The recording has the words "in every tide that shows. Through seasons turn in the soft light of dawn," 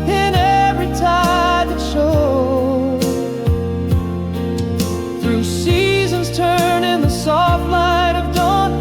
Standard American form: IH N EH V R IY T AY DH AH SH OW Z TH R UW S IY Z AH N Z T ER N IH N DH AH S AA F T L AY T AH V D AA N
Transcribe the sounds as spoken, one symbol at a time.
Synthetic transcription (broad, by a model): IH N EH V R IY T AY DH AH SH OW TH R UW S IY Z AH N Z T ER N IH N DH AH S AA F T L AY T AH V D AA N